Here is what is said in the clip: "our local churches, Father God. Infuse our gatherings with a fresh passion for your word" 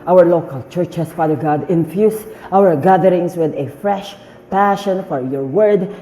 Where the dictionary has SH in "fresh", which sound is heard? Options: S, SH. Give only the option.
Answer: SH